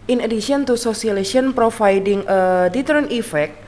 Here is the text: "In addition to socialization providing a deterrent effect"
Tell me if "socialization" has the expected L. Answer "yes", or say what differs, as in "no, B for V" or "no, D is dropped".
no, L is dropped